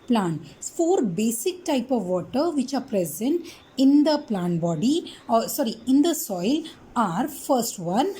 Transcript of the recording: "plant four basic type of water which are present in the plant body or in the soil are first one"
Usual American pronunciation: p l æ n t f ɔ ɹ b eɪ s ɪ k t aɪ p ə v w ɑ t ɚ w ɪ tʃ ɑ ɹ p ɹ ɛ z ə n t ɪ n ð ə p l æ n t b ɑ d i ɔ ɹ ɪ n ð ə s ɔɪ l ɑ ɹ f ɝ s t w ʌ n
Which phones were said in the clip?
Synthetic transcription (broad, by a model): p l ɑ n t f ɔ ɹ b eɪ s ɪ k t aɪ p ə v ɑ t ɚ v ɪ tʃ ɑ ɹ p ɹ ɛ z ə n t ɪ n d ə p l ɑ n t b ɑ d i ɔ ɹ ɪ n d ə s ɔɪ l ɑ ɹ f ɝ s t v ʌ n